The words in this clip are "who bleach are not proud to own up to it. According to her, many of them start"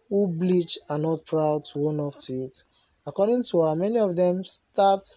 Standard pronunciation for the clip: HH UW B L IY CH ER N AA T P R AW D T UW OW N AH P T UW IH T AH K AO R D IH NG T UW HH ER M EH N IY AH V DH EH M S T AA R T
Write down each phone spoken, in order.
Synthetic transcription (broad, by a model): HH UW B L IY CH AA N AA T P R AW D T UW OW N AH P T UW IH T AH K AO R D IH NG T UW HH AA M EH N IY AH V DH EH M S T AA T